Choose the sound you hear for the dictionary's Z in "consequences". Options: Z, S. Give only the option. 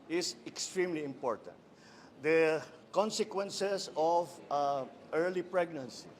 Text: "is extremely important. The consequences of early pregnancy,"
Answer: S